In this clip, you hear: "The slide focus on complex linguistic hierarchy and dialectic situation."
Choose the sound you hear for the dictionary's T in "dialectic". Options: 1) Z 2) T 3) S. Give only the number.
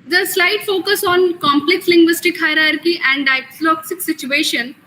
3